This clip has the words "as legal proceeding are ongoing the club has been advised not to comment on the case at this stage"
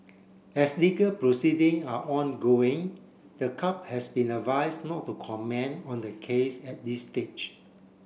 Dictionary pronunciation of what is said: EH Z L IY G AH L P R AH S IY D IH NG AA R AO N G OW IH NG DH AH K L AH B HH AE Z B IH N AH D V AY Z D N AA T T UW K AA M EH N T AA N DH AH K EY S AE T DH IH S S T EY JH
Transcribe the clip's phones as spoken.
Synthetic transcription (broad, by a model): EH S L IY G AH L P R AH S IY D IH NG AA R AO N G OW IH NG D AH K AA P HH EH S B IH N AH V AY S N AA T T UW K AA M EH N AA N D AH K EY S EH T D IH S S T EY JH